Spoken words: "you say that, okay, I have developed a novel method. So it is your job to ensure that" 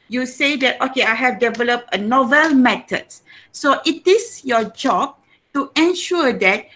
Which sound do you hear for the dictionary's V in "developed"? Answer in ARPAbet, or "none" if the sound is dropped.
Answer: V